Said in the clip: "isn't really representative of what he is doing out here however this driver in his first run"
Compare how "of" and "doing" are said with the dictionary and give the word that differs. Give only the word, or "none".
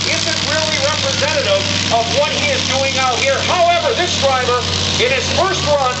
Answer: none